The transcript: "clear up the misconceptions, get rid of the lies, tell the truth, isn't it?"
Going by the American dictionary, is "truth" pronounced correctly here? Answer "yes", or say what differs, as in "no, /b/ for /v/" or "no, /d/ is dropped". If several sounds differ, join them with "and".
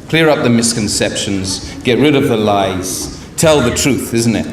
yes